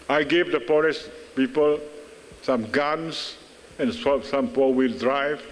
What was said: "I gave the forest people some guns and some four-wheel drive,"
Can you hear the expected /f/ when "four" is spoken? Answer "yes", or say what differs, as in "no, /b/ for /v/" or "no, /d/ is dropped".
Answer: no, /p/ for /f/